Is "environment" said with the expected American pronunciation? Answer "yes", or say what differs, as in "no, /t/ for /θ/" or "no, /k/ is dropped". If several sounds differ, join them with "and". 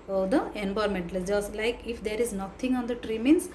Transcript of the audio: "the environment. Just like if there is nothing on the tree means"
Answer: no, /b/ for /v/